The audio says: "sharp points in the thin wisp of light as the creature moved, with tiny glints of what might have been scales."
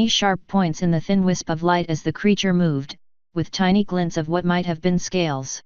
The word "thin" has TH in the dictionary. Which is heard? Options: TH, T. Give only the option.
TH